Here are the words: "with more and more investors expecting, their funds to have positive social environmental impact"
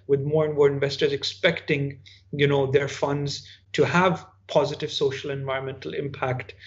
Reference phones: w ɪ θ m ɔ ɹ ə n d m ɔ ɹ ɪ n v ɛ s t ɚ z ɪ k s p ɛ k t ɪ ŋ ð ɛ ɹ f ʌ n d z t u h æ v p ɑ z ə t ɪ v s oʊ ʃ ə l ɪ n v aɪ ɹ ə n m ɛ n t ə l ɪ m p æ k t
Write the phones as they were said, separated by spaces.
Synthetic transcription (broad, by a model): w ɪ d m ɔ ɹ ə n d m ɔ ɹ ɪ n v ɛ s t ɚ z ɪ k s p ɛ k t ɪ ŋ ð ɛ ɹ f ʌ n d z t u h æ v p ɑ z ə t ɪ v s oʊ ʃ ə l ɪ n v aɪ ɹ ə n m ɛ n t ə l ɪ m p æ k t